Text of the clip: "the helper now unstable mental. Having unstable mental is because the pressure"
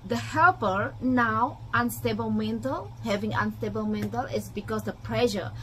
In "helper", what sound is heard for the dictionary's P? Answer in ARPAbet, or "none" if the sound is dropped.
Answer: P